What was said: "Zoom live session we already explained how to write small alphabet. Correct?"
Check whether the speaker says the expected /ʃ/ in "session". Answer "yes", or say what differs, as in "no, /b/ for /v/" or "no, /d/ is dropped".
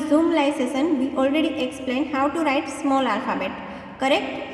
no, /s/ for /ʃ/